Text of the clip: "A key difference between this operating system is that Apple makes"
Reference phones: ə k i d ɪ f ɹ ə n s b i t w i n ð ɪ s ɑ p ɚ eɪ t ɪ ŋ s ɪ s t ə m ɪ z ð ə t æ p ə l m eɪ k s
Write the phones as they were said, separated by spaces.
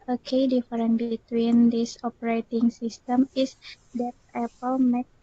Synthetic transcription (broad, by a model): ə k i d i f ɹ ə n b i t w i n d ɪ s ɑ p ɚ eɪ t ɪ ŋ s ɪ s t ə m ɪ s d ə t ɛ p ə l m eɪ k